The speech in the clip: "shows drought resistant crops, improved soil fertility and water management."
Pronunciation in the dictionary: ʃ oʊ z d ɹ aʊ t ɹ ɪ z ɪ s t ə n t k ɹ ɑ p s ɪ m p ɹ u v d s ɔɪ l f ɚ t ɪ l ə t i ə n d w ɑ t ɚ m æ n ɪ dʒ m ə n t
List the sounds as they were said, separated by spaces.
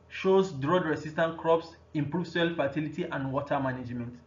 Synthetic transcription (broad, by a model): ʃ oʊ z d ɹ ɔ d ɹ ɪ s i s t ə n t k ɹ ɑ p s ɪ m p ɹ u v s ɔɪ l f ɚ t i l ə t i ə n d w ɑ t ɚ m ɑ n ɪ dʒ m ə n t